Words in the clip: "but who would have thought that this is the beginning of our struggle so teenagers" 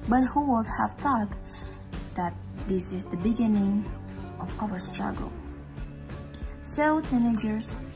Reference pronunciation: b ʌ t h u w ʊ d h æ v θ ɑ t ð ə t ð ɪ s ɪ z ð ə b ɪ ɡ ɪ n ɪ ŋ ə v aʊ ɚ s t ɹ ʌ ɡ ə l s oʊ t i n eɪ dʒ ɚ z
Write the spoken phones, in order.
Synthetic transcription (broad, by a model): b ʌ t h u w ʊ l h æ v θ ɑ t ð ə t ð ɪ s ɪ z ð ə b ɪ ɡ ɪ n ɪ ŋ ə v aʊ ɚ s t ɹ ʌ ɡ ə l s oʊ t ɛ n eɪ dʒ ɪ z